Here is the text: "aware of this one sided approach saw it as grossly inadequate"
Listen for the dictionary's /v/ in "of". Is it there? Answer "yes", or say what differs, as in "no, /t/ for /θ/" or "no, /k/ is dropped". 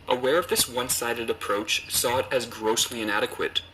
yes